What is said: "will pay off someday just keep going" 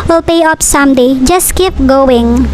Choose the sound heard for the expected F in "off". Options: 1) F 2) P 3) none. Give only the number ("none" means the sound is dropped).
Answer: 2